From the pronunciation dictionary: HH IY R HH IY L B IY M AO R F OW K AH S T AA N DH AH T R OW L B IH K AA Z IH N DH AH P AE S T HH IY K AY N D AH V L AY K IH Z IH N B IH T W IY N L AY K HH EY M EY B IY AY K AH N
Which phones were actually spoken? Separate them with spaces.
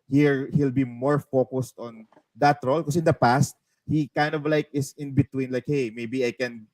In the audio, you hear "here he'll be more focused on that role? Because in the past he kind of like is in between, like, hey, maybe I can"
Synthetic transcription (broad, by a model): HH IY R HH IY L B IY M AO R F OW K AH S T AA N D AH T R OW L K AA S IH N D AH P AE S T HH IY K AY N D AH V L AY K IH S IH N B IH T W IY N L AY K HH EY M EY B IY AY K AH N